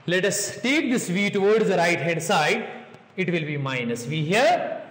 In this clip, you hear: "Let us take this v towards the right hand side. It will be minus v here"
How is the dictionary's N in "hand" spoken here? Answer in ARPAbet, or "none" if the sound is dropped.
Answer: none